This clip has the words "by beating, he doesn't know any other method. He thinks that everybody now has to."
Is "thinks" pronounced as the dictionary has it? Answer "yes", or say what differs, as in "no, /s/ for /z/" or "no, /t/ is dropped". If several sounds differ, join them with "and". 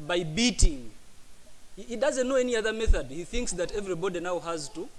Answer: yes